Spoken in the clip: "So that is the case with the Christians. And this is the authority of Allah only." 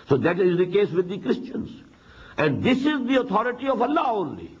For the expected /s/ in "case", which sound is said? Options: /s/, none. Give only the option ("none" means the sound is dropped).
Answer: /s/